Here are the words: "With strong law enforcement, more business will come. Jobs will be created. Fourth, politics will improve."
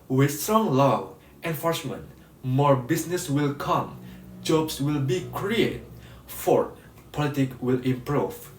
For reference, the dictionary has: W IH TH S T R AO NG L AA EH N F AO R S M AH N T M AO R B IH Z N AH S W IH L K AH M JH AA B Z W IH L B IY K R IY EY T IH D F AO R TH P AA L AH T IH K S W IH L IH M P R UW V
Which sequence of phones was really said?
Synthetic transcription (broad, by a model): W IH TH S T R AO NG L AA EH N F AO R S M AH N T M AO R B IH S N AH S W IH L K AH M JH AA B S W IH L B IY K R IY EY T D F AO R P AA L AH T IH K W IH L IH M P R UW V